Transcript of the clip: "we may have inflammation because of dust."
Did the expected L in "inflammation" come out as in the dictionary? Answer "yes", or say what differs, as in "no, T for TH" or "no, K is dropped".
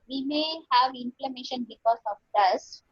yes